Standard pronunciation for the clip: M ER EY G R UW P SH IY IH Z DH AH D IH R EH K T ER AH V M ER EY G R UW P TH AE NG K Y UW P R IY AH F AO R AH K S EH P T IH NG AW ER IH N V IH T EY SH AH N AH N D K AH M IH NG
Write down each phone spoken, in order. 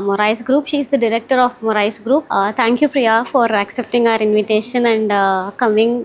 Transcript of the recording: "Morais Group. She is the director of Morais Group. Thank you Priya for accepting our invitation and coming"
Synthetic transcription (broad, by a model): M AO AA G R UW P SH IY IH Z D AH D IH R EH K T ER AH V M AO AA G R UW P T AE NG K Y UW P R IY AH F AO R AH K S EH P T IH NG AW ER IH N V IH T EY SH AH N AH N D K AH M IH NG